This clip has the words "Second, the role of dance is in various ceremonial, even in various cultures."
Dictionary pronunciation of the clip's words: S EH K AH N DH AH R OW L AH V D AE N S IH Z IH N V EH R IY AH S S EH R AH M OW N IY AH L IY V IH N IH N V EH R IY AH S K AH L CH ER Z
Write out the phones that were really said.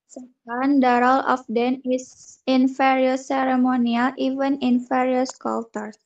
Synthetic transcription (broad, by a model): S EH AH N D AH R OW L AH F D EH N IH S IH N F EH R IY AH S S EH R AH M OW N IY AH L IY V IH N IH N F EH R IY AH S K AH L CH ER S